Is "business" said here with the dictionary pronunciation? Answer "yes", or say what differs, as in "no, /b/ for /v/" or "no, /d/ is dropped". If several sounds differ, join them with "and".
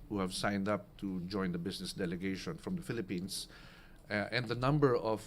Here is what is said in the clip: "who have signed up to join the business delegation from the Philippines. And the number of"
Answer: no, /s/ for /z/